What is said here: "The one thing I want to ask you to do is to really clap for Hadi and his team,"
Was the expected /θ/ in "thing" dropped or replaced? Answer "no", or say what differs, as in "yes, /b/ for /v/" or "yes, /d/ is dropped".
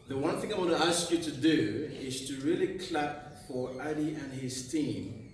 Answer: no